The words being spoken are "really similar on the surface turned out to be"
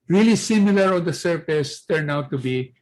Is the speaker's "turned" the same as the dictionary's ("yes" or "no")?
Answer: no